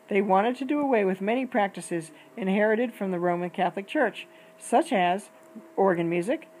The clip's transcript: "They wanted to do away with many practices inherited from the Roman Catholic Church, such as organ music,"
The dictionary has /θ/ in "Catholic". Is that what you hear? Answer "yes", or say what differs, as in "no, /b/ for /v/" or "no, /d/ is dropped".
yes